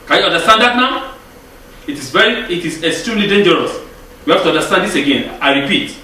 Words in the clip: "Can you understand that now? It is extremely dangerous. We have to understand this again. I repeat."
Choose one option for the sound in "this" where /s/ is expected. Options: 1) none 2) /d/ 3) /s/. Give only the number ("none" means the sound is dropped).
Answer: 3